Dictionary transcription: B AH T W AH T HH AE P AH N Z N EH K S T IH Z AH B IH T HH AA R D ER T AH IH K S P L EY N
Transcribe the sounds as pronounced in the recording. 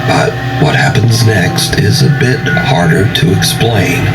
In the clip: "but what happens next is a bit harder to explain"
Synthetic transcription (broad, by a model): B AH T W AH T HH AE P AH N Z N EH K S T IH Z AH B IH T HH AA R D ER T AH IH K S P L EY N